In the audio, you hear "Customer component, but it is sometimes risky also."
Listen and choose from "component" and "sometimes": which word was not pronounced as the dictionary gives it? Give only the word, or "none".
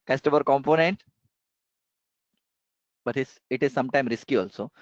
sometimes